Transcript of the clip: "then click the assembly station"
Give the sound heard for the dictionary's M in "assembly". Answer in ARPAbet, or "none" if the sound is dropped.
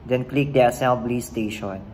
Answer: none